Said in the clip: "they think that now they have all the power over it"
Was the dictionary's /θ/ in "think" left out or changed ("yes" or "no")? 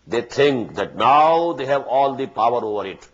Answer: yes